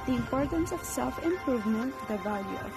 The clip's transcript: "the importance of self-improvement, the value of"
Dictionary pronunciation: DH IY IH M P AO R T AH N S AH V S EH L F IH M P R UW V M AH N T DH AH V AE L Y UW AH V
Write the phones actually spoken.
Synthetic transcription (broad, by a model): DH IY IH M P AO R T AH N S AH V S EH L F IH M P R UW V M AH N T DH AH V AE L Y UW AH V